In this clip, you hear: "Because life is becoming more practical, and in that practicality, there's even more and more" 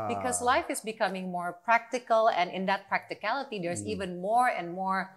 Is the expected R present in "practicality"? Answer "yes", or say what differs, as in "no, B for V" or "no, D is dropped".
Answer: yes